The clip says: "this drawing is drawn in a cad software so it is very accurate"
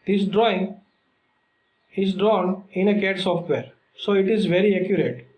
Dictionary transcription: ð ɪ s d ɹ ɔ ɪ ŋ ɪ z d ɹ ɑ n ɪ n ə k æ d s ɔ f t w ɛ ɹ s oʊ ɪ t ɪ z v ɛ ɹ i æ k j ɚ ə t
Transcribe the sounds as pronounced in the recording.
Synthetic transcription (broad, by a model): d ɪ s d ɹ ɔ ɪ ŋ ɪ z d ɹ ɑ n ɪ n ə k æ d s ɔ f t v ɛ ɹ s oʊ ɪ t ɪ z v ɛ ɹ i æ k j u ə t